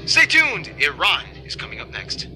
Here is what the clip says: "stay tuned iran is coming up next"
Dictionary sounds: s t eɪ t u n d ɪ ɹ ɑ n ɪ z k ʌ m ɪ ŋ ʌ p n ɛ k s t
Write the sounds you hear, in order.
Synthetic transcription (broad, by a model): s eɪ t u n d ɪ ɹ ɑ n ɪ z k ʌ m ɪ ŋ ʌ p n ɛ k s t